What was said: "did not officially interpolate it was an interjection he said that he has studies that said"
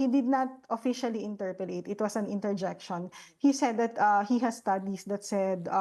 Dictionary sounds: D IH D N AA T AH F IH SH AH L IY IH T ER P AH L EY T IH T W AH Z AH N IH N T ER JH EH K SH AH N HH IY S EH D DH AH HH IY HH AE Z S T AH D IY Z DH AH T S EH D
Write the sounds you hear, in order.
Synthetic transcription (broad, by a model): D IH D N AA T AH F IH SH AH L IY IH T ER P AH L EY T IH T W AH S AH N IH N T ER JH EH K SH AH N HH IY S EH D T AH HH IY HH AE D S T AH D IY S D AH T S EH D